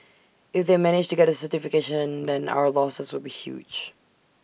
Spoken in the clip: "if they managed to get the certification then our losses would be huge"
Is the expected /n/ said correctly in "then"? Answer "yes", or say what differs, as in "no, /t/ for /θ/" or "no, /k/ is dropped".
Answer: yes